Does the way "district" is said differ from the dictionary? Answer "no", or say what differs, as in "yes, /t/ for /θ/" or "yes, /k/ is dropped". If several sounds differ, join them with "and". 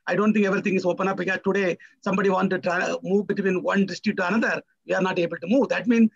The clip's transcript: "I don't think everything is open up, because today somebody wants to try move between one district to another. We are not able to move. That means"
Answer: yes, /ɹ/ is dropped